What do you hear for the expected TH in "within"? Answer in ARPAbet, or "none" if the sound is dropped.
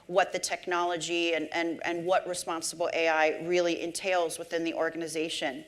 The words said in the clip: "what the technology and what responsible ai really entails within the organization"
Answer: TH